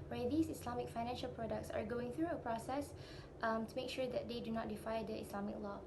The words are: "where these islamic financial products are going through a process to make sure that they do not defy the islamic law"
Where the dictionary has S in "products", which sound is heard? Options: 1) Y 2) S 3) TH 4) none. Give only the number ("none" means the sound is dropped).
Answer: 2